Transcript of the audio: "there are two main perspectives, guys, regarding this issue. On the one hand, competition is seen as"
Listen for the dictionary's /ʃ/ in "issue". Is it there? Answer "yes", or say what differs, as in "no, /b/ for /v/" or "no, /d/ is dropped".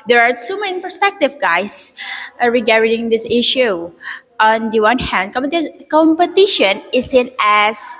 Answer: yes